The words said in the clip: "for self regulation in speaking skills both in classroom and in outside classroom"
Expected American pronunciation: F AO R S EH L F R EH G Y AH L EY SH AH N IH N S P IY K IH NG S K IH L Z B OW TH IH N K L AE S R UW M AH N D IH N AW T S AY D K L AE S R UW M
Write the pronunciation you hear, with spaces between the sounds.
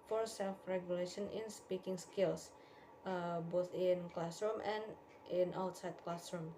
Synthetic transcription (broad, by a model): F AO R S EH L F R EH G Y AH L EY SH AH N IH N S P IY K IH NG S K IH L S B OW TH IH N K L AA S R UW M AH N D IH N AW T S AY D K L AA S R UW M